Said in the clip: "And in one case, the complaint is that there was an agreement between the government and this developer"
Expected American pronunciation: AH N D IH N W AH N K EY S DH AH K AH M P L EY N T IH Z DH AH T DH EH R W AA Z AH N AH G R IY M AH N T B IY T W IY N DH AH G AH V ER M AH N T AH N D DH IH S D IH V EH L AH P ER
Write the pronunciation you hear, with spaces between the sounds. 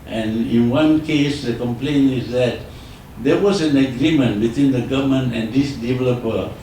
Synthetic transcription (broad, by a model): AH N IH N W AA N K EY S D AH K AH M P L EY N IH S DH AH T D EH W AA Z AH N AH G R IY M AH N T B IY T W IY N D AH G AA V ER M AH N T AH N D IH S D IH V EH L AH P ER